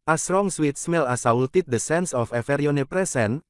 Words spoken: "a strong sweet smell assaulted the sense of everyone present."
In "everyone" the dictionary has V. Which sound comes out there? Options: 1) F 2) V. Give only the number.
1